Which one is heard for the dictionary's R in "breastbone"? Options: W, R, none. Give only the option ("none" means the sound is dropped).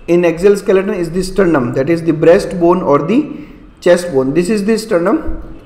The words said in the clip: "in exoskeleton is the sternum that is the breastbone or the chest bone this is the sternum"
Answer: R